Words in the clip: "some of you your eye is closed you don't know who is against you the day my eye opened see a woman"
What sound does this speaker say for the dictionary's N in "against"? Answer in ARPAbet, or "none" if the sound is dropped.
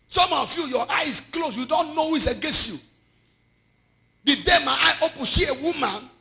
N